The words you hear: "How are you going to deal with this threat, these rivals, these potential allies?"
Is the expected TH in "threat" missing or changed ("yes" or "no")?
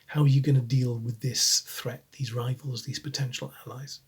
no